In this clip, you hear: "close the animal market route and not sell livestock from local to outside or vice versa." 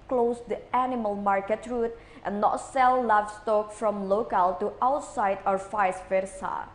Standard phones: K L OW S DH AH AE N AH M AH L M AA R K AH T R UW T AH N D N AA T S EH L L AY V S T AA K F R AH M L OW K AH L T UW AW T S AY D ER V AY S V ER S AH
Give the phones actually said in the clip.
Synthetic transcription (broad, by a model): K L OW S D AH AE N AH M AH L M AA R K AH T R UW T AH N N AA T S EH L L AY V S T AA K F R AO M L OW K AH L T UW AW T S AY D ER F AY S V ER S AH